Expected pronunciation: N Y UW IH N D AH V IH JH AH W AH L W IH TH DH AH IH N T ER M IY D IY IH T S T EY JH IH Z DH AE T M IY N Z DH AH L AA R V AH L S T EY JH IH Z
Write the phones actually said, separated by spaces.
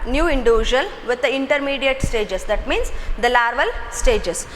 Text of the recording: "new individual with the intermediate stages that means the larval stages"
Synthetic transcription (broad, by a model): N Y UW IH N D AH V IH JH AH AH L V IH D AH IH N T ER M IY D IY IH T S T EY JH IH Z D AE T M IY N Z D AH L AA R V AH L S T EY JH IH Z